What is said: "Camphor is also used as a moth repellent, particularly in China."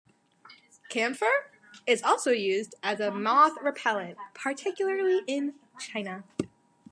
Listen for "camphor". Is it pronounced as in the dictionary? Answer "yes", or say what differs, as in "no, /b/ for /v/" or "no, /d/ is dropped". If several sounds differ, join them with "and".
yes